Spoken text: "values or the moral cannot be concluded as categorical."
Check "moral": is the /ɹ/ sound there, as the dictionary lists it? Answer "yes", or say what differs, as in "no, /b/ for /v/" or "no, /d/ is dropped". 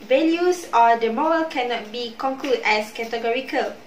no, /ɹ/ is dropped